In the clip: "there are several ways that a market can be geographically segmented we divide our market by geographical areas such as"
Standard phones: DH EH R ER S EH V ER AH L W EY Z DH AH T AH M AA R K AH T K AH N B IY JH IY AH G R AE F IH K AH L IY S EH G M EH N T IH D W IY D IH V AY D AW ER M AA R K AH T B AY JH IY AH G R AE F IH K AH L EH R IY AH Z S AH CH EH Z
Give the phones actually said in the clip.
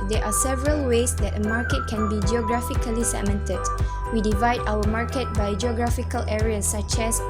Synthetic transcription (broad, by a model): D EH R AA S EH V ER AH L W EY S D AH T AH M AA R K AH T K AH N B IY JH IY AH G R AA F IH K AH L IY S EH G M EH N T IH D W IY D IH V AY D AW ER M AA R K AH T B AY JH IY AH G R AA F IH K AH L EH R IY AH S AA CH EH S